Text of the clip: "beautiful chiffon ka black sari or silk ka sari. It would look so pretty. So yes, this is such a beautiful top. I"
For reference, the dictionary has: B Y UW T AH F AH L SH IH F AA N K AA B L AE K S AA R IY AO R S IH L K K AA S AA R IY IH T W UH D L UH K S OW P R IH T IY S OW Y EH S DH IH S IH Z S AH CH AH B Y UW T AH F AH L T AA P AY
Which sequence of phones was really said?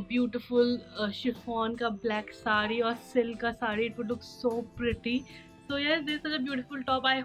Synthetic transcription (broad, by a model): B Y UW T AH F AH L SH IH F AA N K AA B L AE K S AA R IY AO R S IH L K K AA S AA R IY IH T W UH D L UH K S OW P R IH T IY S OW Y EH S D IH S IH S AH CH AH B Y UW T AH F AH L T AA P AY